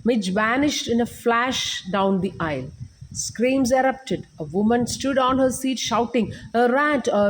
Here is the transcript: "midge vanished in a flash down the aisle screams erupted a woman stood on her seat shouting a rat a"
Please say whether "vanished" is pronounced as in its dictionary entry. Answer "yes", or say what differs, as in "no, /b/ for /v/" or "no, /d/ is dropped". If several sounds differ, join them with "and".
yes